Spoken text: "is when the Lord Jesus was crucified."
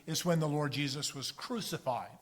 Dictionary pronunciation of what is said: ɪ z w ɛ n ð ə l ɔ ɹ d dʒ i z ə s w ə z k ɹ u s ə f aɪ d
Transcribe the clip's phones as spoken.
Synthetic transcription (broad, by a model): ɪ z w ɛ n ð ə l ɔ ɹ d dʒ i z ə s w ə z k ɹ u s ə f aɪ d